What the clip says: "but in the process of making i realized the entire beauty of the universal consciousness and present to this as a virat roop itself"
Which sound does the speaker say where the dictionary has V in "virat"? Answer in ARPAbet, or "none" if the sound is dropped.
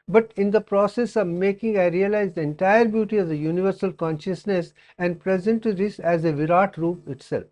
V